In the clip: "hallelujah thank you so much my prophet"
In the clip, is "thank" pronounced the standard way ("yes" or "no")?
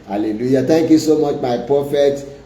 no